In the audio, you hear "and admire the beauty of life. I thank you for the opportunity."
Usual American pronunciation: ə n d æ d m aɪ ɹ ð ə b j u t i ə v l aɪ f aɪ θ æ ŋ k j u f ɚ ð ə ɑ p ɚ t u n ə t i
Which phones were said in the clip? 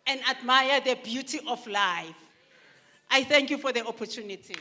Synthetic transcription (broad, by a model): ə n d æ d m aɪ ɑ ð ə b j u t i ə f l aɪ f aɪ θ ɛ ŋ k j u f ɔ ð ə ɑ p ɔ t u n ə t i